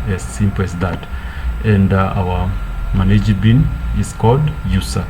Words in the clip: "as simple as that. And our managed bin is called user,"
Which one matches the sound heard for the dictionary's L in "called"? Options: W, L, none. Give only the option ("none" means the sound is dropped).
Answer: L